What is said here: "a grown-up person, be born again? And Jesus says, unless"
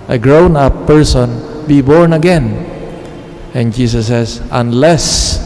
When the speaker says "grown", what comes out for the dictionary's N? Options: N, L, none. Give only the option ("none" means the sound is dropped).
N